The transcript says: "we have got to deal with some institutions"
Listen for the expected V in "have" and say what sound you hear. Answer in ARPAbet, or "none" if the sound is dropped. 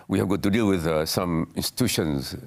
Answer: V